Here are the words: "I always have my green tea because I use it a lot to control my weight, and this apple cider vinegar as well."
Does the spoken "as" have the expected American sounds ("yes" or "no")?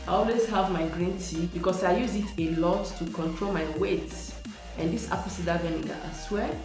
no